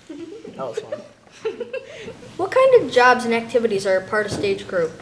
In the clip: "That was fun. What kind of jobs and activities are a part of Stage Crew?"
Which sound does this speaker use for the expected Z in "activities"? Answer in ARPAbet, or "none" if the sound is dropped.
Z